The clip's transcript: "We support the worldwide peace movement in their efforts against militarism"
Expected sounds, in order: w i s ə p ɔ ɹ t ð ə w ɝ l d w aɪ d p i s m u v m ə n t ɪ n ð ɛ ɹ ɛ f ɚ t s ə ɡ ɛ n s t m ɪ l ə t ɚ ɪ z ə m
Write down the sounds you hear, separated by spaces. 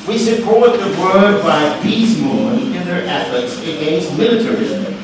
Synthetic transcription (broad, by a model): w i s ə p ɔ ɹ t ð ə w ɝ d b aɪ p i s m m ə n ɪ n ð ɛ ɹ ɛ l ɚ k s ə ɡ ɛ n s t m ɪ l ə t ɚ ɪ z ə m